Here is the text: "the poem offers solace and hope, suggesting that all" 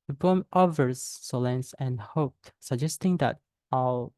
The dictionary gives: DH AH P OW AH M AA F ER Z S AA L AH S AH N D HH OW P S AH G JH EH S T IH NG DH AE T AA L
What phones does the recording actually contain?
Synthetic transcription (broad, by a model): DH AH B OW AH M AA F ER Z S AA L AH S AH N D HH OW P S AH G JH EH S T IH NG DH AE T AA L